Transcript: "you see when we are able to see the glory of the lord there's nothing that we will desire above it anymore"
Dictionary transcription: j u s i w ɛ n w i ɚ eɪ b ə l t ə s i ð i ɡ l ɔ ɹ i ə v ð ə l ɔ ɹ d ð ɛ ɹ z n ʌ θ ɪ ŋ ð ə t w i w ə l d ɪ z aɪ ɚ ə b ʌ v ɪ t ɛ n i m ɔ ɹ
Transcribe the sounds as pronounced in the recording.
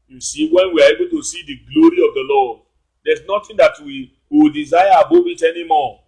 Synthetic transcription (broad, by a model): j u s i w ɛ n w i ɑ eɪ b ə t ə s i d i ɡ l ɔ ɹ i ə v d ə l ɔ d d ɛ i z n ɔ t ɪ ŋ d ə t w i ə d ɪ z aɪ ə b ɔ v ɪ t ɛ n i m ɔ